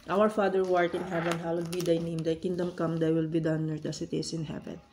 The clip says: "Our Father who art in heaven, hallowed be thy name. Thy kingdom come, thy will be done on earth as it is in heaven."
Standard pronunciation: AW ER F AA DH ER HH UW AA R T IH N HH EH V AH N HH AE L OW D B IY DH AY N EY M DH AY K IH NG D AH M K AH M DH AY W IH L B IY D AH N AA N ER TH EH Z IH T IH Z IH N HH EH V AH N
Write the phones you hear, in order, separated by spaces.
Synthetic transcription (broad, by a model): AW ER F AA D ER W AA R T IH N HH EH V AH N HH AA W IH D B IY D AY N EY M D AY K IH NG D AH M K AH M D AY W IH L B IY D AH AA N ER T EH S IH T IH S IH N HH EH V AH N